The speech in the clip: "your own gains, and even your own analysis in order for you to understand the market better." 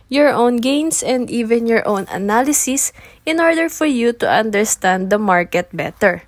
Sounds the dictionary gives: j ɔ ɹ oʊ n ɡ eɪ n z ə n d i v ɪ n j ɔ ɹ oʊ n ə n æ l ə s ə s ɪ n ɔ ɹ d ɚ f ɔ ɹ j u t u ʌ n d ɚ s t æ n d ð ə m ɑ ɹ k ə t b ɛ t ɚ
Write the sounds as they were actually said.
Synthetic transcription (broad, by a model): j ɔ ɹ oʊ n ɡ eɪ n s ə n d i v ɪ n j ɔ ɹ oʊ n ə n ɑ l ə s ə s ɪ n ɔ ɹ d ɚ f ɔ ɹ j u t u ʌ n d ɚ s t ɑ n d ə m ɑ ɹ k ə t b ɛ t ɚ